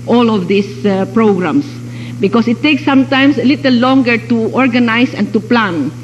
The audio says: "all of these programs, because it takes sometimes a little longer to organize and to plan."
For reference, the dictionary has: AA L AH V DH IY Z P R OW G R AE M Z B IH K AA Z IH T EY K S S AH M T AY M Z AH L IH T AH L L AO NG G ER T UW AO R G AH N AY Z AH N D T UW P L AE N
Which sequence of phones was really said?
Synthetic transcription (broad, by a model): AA L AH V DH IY S P R OW G R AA M S B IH K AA S IH T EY K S S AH M T AY M S AH L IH T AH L L AO NG G ER T UW AO R G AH N AY S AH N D T UW P L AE N